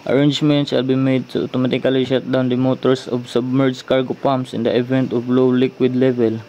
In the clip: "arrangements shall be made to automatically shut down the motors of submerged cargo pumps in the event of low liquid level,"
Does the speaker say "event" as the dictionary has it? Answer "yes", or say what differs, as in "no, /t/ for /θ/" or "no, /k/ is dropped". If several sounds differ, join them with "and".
yes